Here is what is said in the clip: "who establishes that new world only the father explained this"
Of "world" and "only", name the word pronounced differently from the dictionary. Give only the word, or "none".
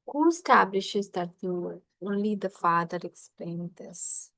world